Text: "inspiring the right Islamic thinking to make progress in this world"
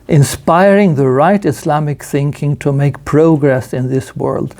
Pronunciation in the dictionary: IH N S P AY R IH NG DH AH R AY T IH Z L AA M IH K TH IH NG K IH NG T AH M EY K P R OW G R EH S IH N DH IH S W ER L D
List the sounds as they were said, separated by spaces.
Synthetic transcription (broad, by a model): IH N S P AY R IH NG DH AH R AY T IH S L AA M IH K TH IH NG K IH NG T AH M EY K P R OW G R EH S IH N DH IH S W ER L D